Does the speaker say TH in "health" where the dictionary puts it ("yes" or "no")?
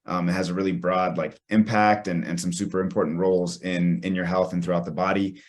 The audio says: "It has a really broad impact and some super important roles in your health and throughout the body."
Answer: yes